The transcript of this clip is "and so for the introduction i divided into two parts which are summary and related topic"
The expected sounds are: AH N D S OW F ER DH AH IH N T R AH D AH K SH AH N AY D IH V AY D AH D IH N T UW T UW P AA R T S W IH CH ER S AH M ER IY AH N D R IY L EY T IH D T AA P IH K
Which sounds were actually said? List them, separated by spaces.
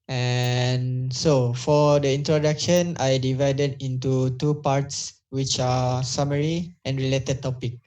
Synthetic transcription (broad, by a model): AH N S OW F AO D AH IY N T R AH D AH K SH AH N AY D IH V AY D AH D IH N T UW T UW P AA R T S W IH CH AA S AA M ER IY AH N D R IY L EY T IH D T AA P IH K